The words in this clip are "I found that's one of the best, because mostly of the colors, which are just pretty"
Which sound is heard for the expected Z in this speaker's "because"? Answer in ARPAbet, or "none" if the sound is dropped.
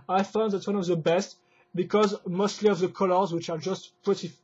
Z